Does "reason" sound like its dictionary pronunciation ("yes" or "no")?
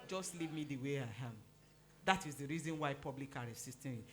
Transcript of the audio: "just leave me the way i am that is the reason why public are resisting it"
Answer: yes